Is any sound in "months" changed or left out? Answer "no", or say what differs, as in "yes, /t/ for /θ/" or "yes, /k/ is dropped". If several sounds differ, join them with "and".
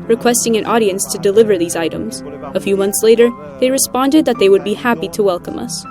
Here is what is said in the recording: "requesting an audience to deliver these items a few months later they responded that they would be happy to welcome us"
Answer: no